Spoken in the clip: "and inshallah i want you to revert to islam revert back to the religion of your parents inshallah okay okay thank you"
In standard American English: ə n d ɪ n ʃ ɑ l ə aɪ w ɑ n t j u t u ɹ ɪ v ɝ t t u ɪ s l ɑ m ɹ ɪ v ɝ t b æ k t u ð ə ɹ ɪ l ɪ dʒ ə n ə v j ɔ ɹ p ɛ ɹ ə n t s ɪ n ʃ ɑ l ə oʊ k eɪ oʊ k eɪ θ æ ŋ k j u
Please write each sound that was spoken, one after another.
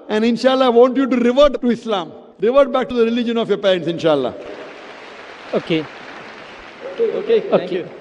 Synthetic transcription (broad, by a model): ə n d ɪ n ʃ ɑ l ə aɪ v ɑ n t j u t u ɹ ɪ v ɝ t t u ɪ s l ɑ m ɹ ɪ v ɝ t b æ k t u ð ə ɹ ɪ l ɪ dʒ ə n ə f j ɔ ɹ p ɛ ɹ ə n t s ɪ n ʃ ɑ l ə oʊ k eɪ oʊ k eɪ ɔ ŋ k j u